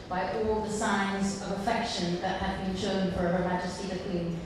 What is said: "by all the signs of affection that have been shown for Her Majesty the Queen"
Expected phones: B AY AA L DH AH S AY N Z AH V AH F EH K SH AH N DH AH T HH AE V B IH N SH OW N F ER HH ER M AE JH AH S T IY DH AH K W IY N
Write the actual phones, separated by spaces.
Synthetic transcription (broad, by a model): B AY AA L DH AH S AY N Z AH V AH F EH K SH AH N DH AH T HH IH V B IH N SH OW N F ER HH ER M AE JH AH S T IY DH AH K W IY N